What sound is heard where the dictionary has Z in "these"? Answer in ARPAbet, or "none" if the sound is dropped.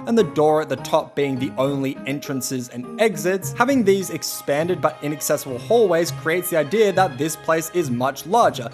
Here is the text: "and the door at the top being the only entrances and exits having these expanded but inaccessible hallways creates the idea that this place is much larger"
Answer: Z